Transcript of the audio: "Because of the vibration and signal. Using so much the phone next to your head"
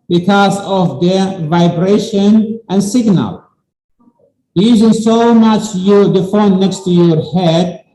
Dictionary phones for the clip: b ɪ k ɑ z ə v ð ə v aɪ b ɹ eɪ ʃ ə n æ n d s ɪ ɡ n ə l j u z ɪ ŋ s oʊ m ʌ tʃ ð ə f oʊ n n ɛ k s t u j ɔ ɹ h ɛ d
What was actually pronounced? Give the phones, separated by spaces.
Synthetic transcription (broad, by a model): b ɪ k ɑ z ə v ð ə v aɪ b ɹ eɪ ʃ ə n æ n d s ɪ ɡ n ə l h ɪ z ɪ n s oʊ m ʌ tʃ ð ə f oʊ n n ɛ k s t u j ɔ ɹ h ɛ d